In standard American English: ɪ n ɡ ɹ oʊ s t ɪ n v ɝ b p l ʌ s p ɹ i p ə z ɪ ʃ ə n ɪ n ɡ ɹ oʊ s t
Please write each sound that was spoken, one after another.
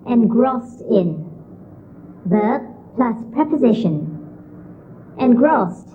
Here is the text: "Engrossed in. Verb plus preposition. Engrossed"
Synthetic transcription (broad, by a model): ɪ n ɡ ɹ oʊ s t ɪ n b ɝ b p l ʌ s p ɹ i p ə z ɪ ʃ ə n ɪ n ɡ ɹ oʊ s t